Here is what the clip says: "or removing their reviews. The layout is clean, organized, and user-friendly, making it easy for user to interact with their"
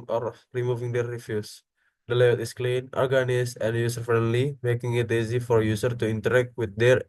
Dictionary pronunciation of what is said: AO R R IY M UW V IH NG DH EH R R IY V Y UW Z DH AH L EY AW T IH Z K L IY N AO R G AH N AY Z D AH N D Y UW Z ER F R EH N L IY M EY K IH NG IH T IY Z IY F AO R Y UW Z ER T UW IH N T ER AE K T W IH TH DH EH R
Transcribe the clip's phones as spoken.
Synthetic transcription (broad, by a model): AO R R IY M UW V IH NG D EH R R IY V Y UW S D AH L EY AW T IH S K L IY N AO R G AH N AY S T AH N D Y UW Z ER F R EH N L IY M EY K IH NG IH T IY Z IY F AO R Y UW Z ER T UW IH N T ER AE K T W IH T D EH R